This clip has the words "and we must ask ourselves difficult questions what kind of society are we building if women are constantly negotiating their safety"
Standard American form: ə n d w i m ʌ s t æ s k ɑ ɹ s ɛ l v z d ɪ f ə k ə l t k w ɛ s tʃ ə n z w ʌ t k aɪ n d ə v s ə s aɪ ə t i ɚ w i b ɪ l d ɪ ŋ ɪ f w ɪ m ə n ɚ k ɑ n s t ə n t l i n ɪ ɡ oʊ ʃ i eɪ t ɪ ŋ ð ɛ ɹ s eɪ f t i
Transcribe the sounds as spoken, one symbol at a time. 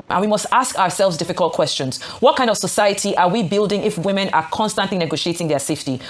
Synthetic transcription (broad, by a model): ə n w i m ʌ s t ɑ s k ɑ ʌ s ɛ l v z d ɪ f ə k ə l t k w ɛ s tʃ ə n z w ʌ t k aɪ n d ə v s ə s aɪ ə t i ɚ w i b ɪ l d ɪ ŋ ɪ f w ɪ m ə n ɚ k ɑ n s t ə n t l i n ɪ ɡ oʊ ʃ i eɪ t ɪ ŋ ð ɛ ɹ s eɪ f t i